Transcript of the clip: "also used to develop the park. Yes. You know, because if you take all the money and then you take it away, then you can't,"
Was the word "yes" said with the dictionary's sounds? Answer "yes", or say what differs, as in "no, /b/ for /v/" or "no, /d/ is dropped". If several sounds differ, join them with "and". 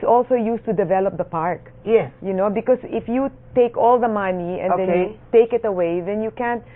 no, /s/ is dropped